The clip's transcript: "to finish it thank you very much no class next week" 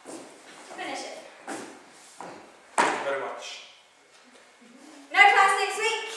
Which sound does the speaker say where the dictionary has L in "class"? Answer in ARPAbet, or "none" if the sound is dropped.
none